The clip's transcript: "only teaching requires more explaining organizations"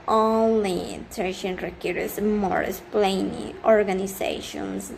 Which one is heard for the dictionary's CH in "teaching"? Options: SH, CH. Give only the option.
SH